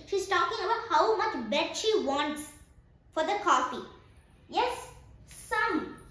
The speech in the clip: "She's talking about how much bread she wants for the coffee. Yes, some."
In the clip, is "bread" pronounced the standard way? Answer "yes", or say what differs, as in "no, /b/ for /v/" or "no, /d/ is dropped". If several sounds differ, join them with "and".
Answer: no, /ɹ/ is dropped